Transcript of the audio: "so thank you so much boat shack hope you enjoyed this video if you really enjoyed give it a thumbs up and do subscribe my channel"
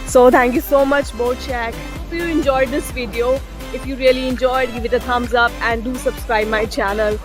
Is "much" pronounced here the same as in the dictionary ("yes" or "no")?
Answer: yes